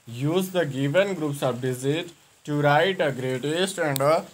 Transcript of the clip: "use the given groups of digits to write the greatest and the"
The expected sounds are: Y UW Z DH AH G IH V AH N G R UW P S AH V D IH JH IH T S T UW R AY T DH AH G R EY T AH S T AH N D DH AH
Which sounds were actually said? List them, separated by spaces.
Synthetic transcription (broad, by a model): Y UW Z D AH G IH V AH N G R UW P S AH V D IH Z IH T T UW R AY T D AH G R EY T AH S T AH N D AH